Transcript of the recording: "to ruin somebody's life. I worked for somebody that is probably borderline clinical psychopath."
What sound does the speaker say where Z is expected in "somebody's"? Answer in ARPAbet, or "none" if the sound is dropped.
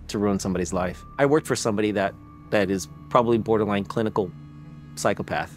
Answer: Z